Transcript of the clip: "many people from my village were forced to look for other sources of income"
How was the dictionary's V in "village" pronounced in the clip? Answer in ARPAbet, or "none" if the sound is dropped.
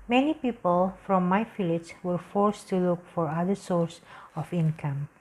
F